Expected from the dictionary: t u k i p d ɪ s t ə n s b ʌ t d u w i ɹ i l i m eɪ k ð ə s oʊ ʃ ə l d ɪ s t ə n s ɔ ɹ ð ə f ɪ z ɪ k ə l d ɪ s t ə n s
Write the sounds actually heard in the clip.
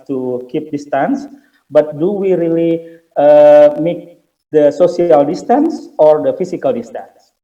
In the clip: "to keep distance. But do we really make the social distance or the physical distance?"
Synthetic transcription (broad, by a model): t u k i p d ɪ s t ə n s b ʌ t d u w i ɹ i l i m eɪ k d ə s oʊ s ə l d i s t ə n s ɔ ɹ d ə f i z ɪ k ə l d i s t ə n s